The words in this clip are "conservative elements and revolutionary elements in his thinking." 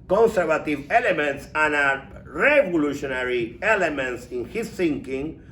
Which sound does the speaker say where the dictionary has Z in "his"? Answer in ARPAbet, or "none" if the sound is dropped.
S